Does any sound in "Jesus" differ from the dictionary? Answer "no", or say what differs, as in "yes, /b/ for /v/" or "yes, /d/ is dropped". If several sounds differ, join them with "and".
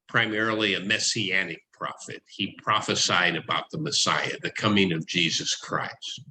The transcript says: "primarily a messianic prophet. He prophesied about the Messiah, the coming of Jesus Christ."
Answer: no